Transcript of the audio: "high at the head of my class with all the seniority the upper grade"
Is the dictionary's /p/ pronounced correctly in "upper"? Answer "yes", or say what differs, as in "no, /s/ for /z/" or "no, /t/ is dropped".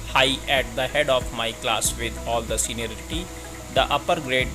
yes